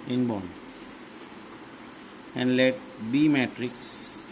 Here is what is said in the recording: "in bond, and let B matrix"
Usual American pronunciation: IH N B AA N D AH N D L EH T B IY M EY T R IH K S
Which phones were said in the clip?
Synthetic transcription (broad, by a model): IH N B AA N AH N D L EH T B IY M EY T R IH K S